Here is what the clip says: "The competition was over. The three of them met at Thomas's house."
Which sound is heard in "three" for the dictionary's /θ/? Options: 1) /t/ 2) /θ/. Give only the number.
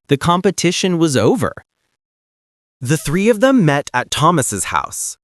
2